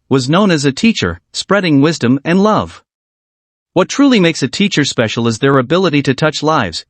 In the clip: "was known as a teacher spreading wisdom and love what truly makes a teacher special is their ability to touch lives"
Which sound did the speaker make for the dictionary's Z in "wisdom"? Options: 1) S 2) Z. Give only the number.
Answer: 2